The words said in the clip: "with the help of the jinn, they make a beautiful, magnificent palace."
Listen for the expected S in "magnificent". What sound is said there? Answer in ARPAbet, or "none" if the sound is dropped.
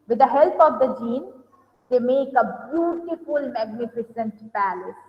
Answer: S